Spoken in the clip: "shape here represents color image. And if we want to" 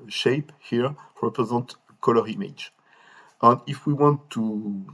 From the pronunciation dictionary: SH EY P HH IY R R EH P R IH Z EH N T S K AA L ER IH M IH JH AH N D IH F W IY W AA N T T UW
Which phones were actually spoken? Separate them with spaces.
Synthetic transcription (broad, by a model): SH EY P HH IY R R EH P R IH Z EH N T K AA L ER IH M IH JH AH N D IH F W IY W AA N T T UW